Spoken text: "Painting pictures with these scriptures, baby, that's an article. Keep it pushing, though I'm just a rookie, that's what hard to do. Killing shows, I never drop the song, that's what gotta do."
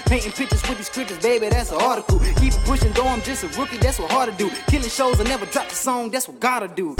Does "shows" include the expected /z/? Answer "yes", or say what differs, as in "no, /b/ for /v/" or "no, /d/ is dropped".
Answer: yes